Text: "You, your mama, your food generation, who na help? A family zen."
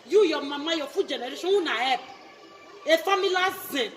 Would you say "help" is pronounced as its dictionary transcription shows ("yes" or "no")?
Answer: no